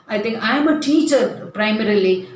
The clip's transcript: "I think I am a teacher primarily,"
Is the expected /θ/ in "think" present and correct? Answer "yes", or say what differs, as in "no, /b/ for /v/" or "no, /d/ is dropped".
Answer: no, /t/ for /θ/